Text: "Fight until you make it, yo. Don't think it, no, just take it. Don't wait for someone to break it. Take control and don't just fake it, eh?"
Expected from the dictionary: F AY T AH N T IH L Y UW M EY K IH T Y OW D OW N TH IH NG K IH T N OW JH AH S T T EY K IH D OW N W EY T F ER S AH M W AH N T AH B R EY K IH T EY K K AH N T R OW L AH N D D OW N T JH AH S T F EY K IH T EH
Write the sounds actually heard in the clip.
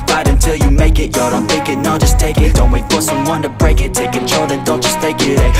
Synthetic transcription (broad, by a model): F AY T AH N T IH L Y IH M EY K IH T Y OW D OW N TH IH K IH T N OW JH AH S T T EY K IH D OW N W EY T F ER S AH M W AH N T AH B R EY K IH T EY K K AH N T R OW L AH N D D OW N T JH AH S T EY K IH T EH